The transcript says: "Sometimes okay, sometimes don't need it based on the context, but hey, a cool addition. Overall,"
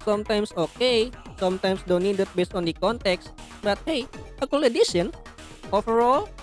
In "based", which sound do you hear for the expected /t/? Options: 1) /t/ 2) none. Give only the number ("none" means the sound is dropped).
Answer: 1